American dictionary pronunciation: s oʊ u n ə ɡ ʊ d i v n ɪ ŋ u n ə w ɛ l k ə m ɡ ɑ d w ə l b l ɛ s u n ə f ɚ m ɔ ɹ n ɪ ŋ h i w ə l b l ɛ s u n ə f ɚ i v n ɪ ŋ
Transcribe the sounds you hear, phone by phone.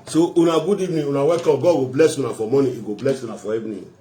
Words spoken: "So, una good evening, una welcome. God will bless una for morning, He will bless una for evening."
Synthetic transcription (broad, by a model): s oʊ u n ə ɡ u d i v n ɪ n u n ə w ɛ k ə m ɡ ɑ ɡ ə b l ɛ s u n ə f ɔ m ɔ n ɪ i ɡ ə b l ɛ s u n ə f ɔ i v n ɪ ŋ